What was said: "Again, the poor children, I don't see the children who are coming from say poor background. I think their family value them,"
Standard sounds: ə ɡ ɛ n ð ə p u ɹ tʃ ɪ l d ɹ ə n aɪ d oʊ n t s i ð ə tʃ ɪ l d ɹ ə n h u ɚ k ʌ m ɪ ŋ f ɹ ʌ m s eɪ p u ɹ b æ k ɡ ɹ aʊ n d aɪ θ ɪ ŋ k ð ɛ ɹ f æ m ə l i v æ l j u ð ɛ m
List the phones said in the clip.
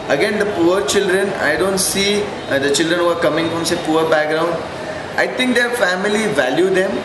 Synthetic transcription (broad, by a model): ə ɡ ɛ n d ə p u ɹ tʃ ɪ l d ɹ ə n aɪ d oʊ n t s i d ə tʃ ɪ l d ɹ ə n h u ɚ k ʌ m ɪ ŋ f ɹ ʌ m s eɪ p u ɹ b æ k ɡ ɹ aʊ n d aɪ t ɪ ŋ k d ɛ ɹ f æ m ə l i v æ l j u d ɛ m